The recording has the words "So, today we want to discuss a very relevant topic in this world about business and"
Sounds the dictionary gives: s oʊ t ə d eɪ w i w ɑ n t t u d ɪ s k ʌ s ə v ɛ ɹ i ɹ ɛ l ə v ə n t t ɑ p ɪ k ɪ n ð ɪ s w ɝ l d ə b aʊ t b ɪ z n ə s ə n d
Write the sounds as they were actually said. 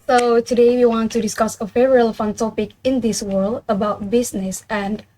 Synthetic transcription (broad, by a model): s oʊ t ə d eɪ w i w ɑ n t t u d ɪ s k ʌ s ə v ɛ ɹ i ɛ l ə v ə n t t ɑ p ɪ k ɪ n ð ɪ s w ɝ l d ə b aʊ t b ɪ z n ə s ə n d